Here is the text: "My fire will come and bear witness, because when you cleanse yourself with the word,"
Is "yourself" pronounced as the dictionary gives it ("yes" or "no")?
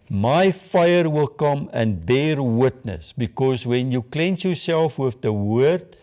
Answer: yes